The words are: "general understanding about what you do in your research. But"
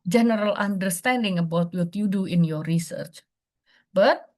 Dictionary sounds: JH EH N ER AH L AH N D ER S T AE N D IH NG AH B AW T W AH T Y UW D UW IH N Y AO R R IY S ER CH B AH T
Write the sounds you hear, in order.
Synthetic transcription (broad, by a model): JH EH N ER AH L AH N D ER S T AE N D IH NG AH B AW T W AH T Y UW D UW IH N Y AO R R IY S ER CH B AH T